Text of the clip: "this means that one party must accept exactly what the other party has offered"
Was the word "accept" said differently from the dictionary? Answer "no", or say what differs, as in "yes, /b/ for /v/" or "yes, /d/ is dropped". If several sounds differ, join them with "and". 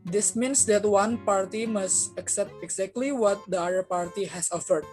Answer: no